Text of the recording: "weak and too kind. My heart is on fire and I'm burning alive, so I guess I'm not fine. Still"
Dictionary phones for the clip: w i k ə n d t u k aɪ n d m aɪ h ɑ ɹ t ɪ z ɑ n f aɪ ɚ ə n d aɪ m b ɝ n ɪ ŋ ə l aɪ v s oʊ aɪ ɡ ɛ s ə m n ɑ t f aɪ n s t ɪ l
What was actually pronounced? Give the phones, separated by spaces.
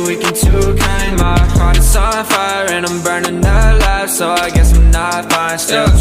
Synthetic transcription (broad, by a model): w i k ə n t u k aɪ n m aɪ h ɑ ɹ t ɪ s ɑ f aɪ ɚ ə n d aɪ m b ɝ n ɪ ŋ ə l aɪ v s oʊ aɪ ɡ ɛ s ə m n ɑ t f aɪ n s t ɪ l